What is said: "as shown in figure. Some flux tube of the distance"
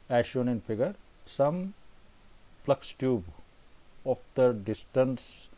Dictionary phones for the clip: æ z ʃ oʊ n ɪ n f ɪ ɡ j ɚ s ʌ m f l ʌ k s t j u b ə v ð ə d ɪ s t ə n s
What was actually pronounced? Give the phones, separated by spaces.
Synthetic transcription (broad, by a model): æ ʃ oʊ n ɪ n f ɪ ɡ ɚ s ʌ m p l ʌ k s t j u b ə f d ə d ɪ s t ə n s